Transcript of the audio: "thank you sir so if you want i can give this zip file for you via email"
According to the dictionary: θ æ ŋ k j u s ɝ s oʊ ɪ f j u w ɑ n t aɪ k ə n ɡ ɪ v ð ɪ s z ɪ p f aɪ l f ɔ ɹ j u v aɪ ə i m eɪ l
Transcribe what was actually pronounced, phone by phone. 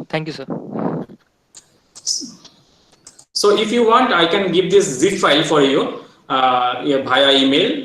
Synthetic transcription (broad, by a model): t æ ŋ k j u s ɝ s oʊ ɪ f j u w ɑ n t aɪ k ə n ɡ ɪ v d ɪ s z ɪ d f aɪ l f ɔ ɹ j u b aɪ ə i m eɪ l